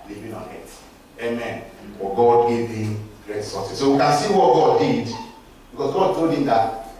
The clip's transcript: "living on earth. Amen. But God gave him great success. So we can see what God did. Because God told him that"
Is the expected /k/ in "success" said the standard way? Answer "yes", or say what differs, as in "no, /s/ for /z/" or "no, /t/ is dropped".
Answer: no, /k/ is dropped